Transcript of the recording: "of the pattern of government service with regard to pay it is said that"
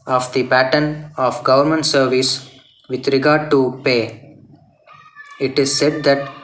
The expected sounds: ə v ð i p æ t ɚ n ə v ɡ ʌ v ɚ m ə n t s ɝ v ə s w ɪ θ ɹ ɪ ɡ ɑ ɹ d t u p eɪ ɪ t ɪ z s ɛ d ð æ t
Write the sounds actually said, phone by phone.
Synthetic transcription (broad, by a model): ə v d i p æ t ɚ n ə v ɡ ʌ v ɚ m ə n t s ɝ v ə s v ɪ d ɹ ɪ ɡ ɑ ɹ d t u p eɪ ɪ t ɪ z s ɛ d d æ t